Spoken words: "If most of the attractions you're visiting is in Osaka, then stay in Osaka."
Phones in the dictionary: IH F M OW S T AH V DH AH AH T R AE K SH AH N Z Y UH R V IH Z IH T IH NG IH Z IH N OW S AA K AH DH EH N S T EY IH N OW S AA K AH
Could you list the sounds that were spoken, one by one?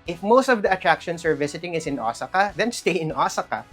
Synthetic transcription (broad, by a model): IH F M OW S T AH V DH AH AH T R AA K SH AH N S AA R V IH S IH T IH NG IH S IH N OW S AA K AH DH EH N S T EY IH N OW S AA K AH